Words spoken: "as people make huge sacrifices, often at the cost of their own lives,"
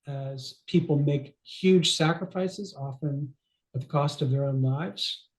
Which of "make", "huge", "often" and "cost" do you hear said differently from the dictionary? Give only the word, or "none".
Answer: none